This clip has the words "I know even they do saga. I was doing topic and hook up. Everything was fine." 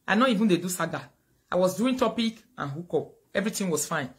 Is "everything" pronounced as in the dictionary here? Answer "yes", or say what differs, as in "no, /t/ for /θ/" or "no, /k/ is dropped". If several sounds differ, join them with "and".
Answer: no, /t/ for /θ/